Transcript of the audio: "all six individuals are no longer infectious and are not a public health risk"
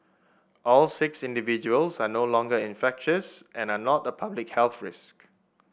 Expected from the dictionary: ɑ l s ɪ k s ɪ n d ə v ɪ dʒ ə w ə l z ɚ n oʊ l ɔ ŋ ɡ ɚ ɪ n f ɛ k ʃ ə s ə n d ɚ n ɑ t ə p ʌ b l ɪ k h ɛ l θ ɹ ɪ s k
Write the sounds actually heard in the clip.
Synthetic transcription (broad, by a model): ɑ l s ɪ k s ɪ n d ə v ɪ dʒ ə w ə l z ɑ n oʊ l ɔ ŋ ɡ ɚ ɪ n f ɛ k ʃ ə s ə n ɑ n ɑ t ə p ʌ b l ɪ k h ɛ l θ ɹ ɪ s k